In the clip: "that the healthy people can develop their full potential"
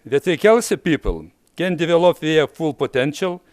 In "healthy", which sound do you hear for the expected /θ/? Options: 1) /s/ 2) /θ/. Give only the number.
1